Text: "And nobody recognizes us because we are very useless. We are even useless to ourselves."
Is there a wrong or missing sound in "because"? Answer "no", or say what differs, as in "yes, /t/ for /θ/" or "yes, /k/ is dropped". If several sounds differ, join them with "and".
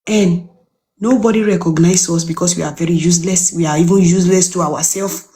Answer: yes, /s/ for /z/